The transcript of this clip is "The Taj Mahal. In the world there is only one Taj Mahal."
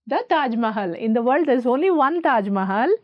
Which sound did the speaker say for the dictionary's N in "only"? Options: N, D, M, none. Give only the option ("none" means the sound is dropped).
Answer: N